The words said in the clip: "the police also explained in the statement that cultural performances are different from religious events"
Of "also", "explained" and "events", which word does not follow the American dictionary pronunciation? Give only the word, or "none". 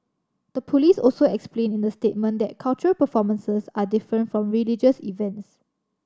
explained